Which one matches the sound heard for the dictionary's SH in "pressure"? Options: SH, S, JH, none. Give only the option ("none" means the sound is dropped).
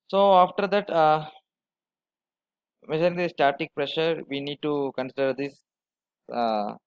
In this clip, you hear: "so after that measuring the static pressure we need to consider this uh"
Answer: SH